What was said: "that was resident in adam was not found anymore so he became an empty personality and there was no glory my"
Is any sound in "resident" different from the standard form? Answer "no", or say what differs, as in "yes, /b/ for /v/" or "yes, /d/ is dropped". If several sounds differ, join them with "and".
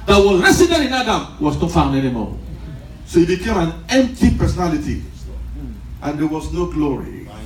yes, /s/ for /z/ and /n/ is dropped